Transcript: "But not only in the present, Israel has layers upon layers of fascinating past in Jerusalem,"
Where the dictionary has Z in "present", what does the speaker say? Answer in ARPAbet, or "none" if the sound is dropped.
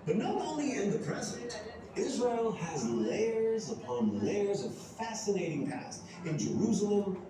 Z